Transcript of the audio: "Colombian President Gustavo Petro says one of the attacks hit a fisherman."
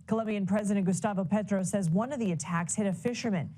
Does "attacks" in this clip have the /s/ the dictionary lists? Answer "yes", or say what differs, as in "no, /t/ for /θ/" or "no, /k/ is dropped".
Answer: yes